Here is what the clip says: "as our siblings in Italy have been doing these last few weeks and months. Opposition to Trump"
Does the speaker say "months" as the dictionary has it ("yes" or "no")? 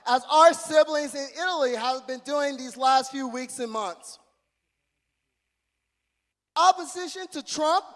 yes